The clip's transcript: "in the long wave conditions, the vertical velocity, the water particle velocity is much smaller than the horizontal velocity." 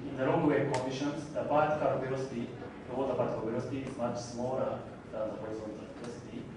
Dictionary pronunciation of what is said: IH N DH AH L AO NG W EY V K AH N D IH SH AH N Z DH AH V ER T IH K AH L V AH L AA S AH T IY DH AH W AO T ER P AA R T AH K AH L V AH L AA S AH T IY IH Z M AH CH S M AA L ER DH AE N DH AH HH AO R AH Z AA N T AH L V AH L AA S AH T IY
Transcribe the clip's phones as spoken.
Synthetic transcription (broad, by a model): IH N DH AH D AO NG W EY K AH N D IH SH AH N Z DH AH P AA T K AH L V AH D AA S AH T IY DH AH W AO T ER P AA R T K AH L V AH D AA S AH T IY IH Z M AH CH S M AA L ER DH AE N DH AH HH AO R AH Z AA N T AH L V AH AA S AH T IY